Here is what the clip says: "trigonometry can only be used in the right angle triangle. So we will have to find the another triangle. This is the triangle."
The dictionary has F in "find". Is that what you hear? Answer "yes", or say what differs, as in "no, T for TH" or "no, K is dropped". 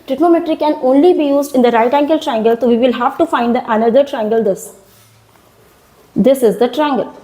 yes